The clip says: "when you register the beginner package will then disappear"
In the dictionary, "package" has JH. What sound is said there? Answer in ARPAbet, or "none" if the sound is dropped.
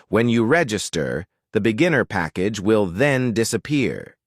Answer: JH